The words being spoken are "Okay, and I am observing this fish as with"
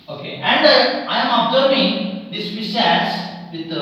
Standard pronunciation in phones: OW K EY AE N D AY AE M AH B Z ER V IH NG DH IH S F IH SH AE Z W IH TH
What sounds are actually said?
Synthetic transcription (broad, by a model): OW K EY AE N D AY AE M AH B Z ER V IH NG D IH S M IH S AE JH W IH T